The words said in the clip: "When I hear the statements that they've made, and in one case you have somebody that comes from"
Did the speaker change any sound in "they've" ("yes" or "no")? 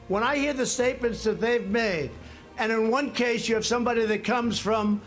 no